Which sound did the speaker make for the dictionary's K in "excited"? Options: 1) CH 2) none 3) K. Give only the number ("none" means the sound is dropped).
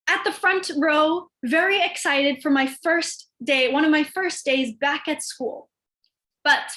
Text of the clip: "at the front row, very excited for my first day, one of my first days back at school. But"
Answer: 3